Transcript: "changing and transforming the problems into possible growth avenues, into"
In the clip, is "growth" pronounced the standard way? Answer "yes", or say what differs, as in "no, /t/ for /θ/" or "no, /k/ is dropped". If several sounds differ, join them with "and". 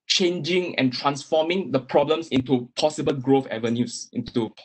no, /f/ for /θ/